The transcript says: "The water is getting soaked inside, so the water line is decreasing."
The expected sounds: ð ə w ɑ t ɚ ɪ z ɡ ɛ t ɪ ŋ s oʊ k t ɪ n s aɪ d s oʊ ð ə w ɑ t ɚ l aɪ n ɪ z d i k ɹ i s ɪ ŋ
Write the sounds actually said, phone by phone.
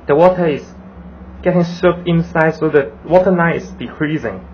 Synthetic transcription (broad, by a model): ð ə w ɑ t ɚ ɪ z ɡ ɛ t ɪ ŋ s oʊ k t ɪ n s aɪ d s oʊ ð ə w ɑ t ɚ n aɪ ɪ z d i k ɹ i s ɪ ŋ